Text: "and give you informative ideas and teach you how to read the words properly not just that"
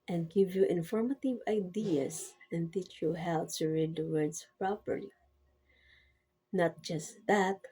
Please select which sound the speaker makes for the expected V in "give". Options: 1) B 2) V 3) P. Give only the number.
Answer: 2